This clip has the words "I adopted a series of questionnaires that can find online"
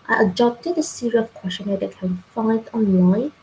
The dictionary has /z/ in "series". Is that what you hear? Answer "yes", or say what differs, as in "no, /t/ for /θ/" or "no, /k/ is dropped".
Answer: no, /z/ is dropped